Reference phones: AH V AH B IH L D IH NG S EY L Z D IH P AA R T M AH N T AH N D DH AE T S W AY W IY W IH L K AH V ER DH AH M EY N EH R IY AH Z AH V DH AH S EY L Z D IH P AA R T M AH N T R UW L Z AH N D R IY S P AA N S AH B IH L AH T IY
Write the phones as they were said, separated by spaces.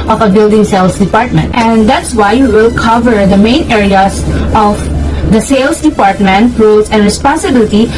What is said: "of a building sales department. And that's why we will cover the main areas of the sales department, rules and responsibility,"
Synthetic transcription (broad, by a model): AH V AH B IH L D IH NG S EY L S D IH P AA R T M AH N T AH N D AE T S W AY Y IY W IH L K AH V ER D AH M EY N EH R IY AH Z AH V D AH S EY L S D IH P AA R T M AH N T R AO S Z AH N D R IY S P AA N S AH B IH L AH T IY